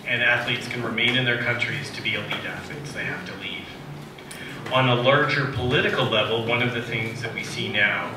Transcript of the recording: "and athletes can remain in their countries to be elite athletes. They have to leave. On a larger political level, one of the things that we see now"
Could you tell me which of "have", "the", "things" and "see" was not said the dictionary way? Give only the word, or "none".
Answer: have